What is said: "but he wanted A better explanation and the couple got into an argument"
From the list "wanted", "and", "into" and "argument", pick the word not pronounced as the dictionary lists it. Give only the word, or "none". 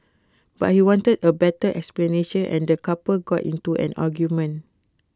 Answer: argument